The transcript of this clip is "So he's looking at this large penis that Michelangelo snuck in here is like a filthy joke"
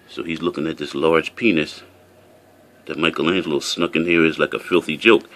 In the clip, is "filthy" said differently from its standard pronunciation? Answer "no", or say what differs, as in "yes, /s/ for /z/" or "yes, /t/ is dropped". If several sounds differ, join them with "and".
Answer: no